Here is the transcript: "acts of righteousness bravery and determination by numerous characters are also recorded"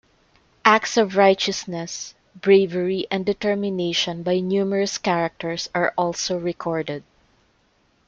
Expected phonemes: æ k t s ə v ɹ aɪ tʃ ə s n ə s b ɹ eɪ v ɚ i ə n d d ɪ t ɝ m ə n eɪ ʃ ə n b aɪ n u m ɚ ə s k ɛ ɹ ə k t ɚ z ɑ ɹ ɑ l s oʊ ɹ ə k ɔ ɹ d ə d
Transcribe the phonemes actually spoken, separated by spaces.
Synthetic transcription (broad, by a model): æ k t s ə v ɹ aɪ tʃ ə s n ə s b ɹ eɪ v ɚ i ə n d d ɪ t ɝ m ə n eɪ ʃ ə n b aɪ n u m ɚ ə s k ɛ ɹ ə k t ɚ s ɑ ɹ ɑ l s oʊ ɹ ə k ɔ ɹ d ə d